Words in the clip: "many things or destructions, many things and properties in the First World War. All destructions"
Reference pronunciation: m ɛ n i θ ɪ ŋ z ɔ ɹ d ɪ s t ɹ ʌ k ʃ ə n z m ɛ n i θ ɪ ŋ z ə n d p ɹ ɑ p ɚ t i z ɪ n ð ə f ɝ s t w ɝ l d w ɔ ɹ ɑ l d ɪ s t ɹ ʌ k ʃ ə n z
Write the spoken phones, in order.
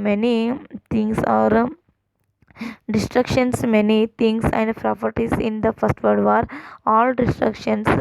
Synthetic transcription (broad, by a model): m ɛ n i t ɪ ŋ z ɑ ɹ d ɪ s t ɹ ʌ k ʃ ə n s m ɛ n i t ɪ ŋ s ə n d p ɹ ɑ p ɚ t i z ɪ n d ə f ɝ s t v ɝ d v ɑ ɹ ɑ l d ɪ s t ɹ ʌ k ʃ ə n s